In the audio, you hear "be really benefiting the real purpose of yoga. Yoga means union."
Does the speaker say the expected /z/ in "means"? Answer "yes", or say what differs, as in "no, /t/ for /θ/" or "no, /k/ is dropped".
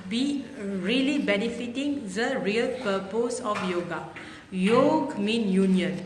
no, /z/ is dropped